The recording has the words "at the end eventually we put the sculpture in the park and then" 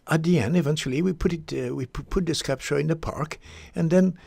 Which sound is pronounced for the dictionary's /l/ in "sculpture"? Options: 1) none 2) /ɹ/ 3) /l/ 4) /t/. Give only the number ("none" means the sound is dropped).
1